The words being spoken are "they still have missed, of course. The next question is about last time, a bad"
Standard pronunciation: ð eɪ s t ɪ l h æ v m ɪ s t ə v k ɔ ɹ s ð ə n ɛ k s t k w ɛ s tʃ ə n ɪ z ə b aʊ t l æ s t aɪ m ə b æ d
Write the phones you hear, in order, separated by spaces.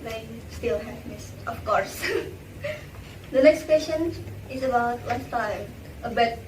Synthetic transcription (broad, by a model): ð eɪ s t ɪ l h æ v m ɪ s t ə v k ɔ ɹ s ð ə n ɛ k s t k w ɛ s ʃ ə n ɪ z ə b aʊ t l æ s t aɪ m ə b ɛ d